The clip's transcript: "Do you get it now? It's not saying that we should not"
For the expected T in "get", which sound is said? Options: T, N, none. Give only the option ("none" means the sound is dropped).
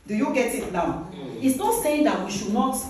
T